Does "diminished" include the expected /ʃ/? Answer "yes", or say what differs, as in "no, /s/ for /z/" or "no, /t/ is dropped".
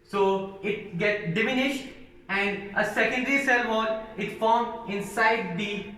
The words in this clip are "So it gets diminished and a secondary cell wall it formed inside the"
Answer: yes